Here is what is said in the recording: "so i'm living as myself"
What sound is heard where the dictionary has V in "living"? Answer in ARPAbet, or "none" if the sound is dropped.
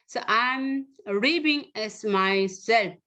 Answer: B